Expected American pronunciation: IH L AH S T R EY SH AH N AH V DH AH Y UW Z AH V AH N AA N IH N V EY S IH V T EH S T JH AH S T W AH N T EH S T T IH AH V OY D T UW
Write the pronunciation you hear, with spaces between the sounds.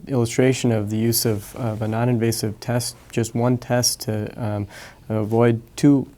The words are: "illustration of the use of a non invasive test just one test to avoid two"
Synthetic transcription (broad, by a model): IH L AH S T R EY SH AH N AH V DH AH Y UW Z AH V AH N AA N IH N V EY S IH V T EH S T JH AH S T W AH N T EH S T T IH AH V OY D T UW